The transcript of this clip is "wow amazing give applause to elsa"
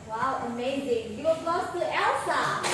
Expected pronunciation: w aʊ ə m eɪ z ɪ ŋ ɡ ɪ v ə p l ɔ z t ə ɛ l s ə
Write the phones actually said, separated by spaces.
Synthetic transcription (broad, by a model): w aʊ ə m eɪ z ɪ ŋ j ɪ w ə l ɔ s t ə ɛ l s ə